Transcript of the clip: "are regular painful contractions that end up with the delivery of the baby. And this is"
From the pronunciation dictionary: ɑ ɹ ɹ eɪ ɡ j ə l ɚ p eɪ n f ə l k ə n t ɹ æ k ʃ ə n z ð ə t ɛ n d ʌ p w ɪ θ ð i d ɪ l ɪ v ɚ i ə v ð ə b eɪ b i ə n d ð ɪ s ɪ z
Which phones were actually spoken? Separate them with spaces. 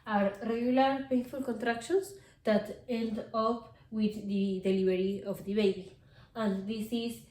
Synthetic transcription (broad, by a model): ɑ ɹ ɹ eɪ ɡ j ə l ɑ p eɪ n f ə l k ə n t ɹ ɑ k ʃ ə n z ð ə t ɛ n d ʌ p w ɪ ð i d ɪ l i b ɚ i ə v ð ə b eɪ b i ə n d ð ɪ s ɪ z